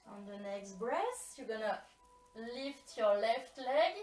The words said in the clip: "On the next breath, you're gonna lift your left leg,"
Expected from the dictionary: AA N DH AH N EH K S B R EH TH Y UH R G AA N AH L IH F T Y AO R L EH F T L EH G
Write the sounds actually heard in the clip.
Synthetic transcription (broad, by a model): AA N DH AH N EH K S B R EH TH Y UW G AA N AH L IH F T Y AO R L EH F T L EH G